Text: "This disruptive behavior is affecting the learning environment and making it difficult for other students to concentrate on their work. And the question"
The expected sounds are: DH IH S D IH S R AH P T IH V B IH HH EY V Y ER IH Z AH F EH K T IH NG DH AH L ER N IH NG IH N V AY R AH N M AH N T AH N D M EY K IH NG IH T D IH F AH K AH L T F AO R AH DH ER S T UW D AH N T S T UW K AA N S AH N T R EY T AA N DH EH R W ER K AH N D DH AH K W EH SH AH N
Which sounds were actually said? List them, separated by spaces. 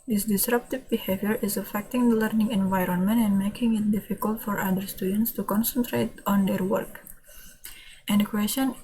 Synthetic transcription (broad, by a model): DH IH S D IH S R AH P T IH V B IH HH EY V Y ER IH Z AH F EH K T IH NG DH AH L ER N IH NG IH N V AY R AH N M AH N T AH N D M EY K IH NG IH T D IH F AH K AH L T F AO R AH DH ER S T UW D AH N T S T UW K AA N S AH N T R EY T AA N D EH R W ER K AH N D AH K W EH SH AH N